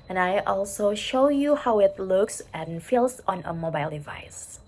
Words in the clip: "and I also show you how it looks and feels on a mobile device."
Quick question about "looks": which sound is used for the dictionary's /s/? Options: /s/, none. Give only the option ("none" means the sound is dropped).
/s/